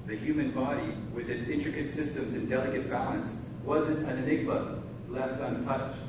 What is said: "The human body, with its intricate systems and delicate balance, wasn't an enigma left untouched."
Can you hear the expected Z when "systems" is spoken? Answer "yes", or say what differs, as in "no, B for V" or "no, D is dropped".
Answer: yes